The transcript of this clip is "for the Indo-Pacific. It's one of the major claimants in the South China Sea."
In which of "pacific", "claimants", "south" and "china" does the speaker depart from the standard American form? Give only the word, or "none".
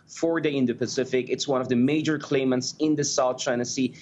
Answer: none